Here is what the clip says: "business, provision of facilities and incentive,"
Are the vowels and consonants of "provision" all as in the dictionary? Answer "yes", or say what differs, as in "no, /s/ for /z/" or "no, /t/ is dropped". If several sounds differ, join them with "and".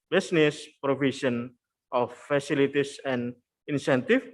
no, /ʃ/ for /ʒ/